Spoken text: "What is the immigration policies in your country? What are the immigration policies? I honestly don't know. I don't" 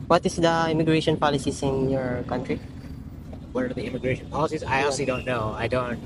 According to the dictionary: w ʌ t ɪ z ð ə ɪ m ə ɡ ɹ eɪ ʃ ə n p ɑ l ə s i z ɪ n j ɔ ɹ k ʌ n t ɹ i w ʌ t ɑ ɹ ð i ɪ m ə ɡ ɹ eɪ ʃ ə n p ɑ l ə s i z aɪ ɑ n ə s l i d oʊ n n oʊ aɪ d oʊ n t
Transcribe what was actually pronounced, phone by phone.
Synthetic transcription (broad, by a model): w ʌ t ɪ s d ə ɪ m ə ɡ ɹ eɪ ʃ ə n p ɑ l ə s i s ɪ n j ɔ ɹ k ʌ n t ɹ i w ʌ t ɑ ɹ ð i ɪ m ə ɡ ɹ eɪ ʃ ə n p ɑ l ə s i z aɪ ɑ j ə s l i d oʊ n n oʊ aɪ d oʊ n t